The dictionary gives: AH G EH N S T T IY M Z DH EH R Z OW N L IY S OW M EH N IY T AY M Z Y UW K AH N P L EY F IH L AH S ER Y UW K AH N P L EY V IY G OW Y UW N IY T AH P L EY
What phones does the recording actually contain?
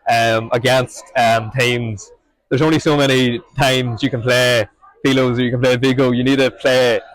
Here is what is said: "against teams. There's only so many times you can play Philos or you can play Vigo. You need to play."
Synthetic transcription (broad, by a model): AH G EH N S T T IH M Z DH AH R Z OW N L IY S OW M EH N IY T AY M Z Y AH K AH N P L EY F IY L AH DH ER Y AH K AH N P L EY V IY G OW Y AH N IY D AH P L EY